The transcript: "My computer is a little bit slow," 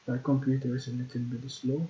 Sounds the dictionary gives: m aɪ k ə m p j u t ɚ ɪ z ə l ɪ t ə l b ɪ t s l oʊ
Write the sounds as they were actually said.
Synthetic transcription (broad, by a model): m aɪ k ə m p j u t ɚ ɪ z ə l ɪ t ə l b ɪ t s l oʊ